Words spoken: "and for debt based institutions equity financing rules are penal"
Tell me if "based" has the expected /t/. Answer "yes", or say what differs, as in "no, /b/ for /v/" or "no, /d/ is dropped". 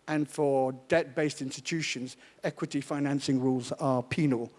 yes